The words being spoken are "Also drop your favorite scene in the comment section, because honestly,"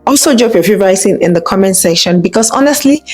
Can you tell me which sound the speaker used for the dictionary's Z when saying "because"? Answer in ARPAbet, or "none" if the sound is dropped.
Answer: S